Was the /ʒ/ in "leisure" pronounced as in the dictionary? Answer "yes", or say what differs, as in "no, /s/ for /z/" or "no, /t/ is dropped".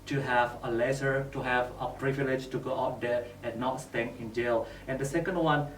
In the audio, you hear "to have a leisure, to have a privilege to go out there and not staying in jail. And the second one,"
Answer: no, /s/ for /ʒ/